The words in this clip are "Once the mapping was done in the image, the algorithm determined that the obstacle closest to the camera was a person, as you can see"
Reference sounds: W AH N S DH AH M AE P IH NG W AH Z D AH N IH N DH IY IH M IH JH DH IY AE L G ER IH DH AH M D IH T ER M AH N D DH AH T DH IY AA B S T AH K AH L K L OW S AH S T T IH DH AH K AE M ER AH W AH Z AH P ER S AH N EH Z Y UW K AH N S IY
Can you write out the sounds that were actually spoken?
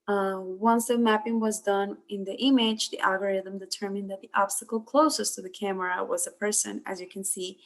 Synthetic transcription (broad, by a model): W AH N S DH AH M AE P IH NG W AH Z D AH N IH N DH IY IH M IH JH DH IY AE L G ER IH DH AH M D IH T ER M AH N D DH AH T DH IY AA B S T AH K L K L OW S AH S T T IH DH AH K AE M ER AH W AH Z AH P ER S AH N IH Z Y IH K AH N S IY